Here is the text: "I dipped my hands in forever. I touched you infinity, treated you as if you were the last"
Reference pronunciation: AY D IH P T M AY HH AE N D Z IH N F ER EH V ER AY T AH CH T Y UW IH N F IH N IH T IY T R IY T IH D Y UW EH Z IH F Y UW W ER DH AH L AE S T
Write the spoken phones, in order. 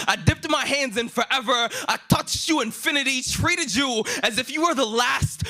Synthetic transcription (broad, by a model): AY D IH P T M AY HH AE N D Z IH N F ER EH V ER AY T AH CH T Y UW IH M F IH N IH T IY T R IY T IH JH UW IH Z IH F Y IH W ER DH AH L AE S T